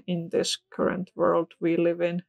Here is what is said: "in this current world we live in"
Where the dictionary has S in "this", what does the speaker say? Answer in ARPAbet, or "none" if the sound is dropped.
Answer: S